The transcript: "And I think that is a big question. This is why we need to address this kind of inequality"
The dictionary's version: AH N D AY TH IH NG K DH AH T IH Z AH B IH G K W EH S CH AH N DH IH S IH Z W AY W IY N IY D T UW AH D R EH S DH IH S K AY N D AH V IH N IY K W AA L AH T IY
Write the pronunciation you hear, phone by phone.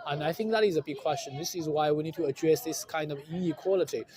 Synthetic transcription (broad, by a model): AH N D AY TH IH NG K DH AH T IH Z AH B IH G K W EH S CH AH N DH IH S IH Z W AY W IY N IY D T UW AH D R EH S DH IH S K AY N D AH V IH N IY K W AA L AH T IY